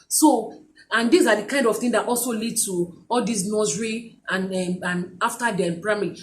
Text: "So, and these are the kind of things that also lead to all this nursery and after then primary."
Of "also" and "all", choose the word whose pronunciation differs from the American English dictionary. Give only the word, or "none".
none